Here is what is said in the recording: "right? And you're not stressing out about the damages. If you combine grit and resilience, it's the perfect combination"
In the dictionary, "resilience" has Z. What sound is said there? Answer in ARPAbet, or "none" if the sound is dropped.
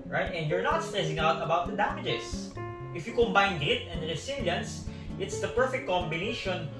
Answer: S